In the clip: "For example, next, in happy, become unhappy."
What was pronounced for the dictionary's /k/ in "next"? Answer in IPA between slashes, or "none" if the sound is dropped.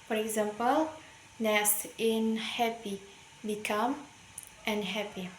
none